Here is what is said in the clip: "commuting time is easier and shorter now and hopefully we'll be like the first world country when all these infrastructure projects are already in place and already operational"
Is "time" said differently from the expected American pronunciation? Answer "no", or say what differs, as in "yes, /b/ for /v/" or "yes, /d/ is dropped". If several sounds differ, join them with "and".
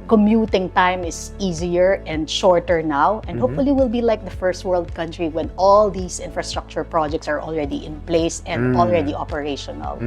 no